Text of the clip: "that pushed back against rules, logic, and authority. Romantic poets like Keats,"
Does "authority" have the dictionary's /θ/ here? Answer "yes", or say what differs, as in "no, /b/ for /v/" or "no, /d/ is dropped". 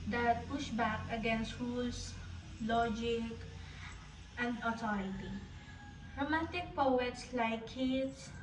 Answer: no, /t/ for /θ/